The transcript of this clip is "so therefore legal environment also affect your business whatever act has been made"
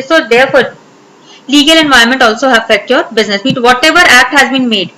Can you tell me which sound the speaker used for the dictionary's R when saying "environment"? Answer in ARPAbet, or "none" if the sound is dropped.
none